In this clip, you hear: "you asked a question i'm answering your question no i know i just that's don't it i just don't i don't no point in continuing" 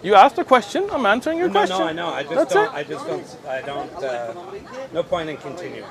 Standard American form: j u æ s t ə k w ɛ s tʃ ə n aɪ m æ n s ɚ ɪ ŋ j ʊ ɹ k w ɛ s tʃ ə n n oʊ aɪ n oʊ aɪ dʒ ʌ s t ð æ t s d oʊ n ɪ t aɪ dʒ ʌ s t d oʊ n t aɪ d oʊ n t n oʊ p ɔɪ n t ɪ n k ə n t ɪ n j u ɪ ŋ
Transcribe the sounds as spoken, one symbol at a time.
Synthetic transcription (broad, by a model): j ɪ æ s t ə k w ɛ s tʃ ə n aɪ m æ n s ɚ ɪ ŋ j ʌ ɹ k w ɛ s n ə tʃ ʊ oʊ aɪ n oʊ aɪ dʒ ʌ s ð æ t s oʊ ɪ t aɪ dʒ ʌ s d oʊ n t aɪ d oʊ n t n oʊ p ɔɪ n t ɪ n k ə n t ɪ n j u